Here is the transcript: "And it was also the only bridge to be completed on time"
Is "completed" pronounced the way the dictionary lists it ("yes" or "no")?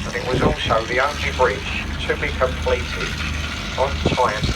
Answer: no